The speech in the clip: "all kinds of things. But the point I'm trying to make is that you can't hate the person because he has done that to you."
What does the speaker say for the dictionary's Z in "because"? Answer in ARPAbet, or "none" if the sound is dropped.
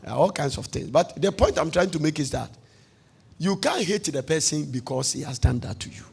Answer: S